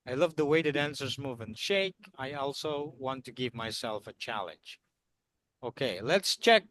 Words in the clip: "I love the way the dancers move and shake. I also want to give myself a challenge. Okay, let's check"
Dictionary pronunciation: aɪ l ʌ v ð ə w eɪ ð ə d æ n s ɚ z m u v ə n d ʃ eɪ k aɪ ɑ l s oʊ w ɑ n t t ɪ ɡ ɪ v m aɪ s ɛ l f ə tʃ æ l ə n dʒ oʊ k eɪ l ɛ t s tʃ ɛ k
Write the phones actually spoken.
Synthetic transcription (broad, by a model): aɪ l ʌ v ð ə w eɪ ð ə d æ n s ɚ z m u v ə n ʃ eɪ k aɪ ɑ l s oʊ w ɑ n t t ɪ ɡ ɪ v m aɪ s ɛ l f ə tʃ æ l ə n dʒ oʊ k eɪ l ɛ t s tʃ ɛ k